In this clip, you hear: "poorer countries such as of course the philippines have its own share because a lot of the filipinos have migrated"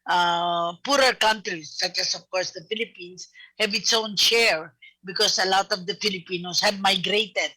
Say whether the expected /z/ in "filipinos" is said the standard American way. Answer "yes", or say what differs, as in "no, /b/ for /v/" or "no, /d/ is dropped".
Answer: no, /s/ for /z/